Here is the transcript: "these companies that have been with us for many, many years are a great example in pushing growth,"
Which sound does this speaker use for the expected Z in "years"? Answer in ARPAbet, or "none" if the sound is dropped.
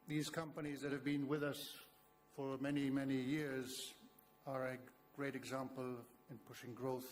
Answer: Z